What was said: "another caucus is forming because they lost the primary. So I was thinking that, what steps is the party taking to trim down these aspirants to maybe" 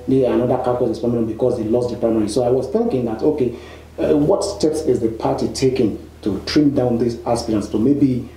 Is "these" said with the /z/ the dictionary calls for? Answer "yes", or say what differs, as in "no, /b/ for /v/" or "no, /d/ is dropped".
no, /s/ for /z/